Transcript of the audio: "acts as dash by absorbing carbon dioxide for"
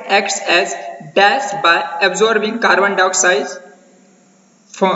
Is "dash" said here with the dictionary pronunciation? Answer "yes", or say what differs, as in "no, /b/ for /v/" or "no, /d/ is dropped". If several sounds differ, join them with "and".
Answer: no, /s/ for /ʃ/